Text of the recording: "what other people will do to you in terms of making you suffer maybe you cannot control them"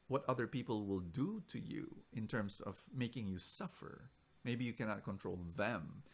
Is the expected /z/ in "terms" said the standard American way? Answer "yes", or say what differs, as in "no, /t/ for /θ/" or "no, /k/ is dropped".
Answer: no, /s/ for /z/